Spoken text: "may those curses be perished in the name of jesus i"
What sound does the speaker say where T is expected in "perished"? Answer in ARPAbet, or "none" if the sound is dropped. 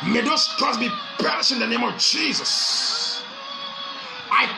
none